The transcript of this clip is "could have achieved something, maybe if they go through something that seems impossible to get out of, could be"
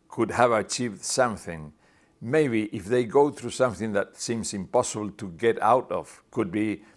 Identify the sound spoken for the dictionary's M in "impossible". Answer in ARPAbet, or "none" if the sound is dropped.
M